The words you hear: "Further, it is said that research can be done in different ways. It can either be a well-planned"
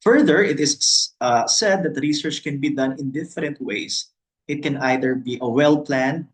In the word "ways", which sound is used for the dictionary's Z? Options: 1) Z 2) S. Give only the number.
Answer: 2